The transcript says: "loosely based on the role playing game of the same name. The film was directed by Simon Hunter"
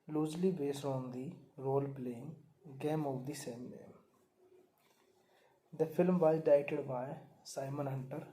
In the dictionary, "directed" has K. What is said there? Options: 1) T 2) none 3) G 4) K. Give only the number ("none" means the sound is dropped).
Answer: 2